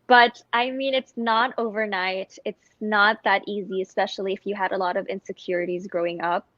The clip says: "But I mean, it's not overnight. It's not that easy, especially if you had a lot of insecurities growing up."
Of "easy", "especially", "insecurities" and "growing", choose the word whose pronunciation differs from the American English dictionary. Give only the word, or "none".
none